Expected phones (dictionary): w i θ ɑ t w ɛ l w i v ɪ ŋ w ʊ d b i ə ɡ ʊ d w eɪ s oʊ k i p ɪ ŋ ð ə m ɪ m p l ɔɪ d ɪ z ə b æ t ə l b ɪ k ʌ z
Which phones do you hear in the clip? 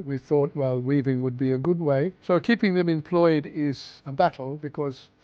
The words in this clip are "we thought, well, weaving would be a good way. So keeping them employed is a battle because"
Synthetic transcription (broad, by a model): w i θ ɑ t w ɛ l w i v ɪ ŋ w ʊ d b i ə ɡ ʊ d w eɪ s oʊ k i p ɪ ŋ ð ə m ɪ m p l ɔɪ d ɪ z ə b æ t l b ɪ k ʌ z